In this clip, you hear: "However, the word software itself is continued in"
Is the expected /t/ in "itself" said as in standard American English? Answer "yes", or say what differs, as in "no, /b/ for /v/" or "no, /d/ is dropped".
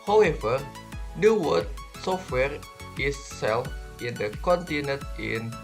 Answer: no, /s/ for /t/